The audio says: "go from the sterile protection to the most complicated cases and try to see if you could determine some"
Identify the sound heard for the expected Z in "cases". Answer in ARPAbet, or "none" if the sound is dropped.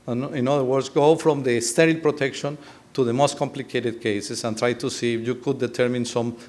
S